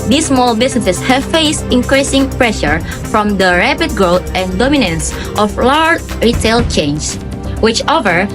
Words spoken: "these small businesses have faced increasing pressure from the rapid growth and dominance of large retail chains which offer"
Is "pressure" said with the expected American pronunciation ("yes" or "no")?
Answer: yes